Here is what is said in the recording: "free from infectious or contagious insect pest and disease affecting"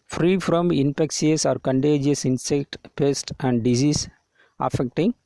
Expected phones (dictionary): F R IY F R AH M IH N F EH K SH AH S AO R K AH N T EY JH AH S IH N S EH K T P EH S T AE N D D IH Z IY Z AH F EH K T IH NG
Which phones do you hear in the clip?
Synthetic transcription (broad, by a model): F R IY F R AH M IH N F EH K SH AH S AO R K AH N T EY JH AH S IH N S EH K T P EH S T AE N D D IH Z IY S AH F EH K T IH NG